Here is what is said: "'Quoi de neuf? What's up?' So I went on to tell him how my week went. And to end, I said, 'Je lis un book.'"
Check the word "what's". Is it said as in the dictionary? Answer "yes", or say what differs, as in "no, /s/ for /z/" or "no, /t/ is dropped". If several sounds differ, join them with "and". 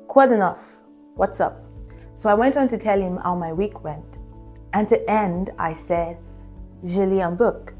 yes